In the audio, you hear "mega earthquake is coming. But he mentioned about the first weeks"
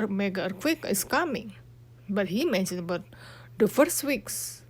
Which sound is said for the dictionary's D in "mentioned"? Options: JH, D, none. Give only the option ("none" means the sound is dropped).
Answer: none